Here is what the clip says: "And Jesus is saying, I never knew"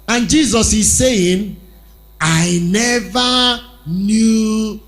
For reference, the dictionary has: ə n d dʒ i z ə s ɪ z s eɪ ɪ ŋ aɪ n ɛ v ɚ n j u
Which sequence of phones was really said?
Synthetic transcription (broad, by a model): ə n dʒ i z ə s ɪ z s eɪ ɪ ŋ aɪ n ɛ v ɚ n j u